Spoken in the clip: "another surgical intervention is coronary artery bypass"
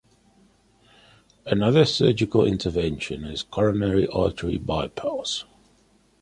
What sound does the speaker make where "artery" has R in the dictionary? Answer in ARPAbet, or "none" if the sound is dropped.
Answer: L